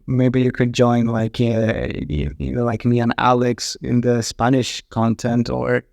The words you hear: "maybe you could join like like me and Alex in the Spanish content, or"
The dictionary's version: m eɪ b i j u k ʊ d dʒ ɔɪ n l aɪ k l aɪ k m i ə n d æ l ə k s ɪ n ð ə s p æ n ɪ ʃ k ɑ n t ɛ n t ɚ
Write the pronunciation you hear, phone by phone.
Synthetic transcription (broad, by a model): m eɪ b i j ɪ k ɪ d dʒ ɔɪ n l aɪ k l aɪ k m i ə n æ l ə k s ɪ n ð ə s p æ n ɪ ʃ k ɑ n t ɛ n t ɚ